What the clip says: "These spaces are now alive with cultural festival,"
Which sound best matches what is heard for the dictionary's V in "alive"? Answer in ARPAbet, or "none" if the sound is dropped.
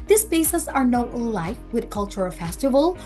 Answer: F